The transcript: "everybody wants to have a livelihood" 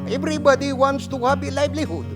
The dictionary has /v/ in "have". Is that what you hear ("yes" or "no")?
no